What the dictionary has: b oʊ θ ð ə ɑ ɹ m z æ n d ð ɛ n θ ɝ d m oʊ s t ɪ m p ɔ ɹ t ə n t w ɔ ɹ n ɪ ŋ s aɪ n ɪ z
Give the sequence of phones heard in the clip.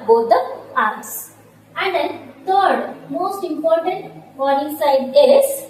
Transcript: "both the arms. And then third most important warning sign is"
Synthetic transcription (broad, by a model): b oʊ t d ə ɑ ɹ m s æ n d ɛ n t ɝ d m oʊ s t ɪ m p ɔ ɹ t ə n t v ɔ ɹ ɪ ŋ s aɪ l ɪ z